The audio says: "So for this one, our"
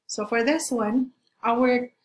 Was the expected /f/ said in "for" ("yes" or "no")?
yes